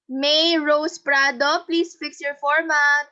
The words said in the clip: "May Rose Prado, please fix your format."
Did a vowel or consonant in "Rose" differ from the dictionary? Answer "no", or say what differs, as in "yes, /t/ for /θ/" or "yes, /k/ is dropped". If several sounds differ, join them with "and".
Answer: yes, /s/ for /z/